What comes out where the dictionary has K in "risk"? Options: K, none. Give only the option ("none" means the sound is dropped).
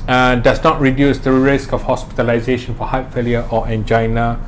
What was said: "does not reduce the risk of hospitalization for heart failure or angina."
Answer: K